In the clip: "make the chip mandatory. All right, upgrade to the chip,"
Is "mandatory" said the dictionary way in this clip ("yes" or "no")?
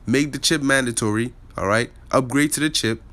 yes